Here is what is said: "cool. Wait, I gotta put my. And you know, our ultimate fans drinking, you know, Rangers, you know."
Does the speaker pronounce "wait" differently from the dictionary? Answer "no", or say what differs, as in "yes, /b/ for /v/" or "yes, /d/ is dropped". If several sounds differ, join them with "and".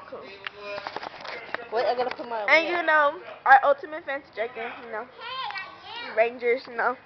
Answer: yes, /t/ is dropped